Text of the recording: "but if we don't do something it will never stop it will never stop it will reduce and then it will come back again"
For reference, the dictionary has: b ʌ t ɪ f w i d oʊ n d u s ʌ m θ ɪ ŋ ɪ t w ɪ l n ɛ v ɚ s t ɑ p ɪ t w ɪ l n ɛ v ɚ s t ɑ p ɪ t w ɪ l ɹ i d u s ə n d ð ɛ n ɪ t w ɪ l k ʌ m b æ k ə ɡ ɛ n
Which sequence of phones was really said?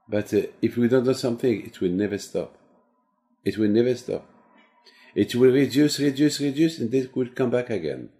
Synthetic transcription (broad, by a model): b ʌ t ɪ f w i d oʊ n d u s ʌ m θ ɪ ŋ ɪ t w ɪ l n ɛ v ɚ s t ɑ p ɪ t w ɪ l n ɛ v ɚ s t ɑ p ɪ t w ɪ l ɹ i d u s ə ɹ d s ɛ n ɪ t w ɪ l k ʌ m b æ k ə ɡ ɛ n